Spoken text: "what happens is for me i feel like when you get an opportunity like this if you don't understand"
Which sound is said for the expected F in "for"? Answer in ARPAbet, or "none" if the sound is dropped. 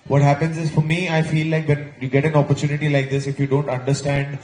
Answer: F